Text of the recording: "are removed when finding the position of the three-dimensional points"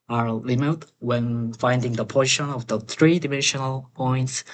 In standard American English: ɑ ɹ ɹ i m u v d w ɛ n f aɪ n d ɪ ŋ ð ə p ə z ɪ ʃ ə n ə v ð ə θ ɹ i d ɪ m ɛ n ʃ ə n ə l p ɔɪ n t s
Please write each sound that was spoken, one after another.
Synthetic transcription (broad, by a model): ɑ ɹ l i m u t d w ɛ n f aɪ n d ɪ ŋ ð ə p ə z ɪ ʃ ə n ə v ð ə θ ɹ i d ɪ m ɛ n ʃ ə n ə l p ɔɪ n t s